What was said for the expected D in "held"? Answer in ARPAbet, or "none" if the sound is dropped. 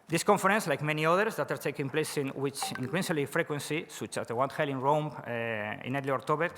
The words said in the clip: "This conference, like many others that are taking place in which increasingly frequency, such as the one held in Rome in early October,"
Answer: none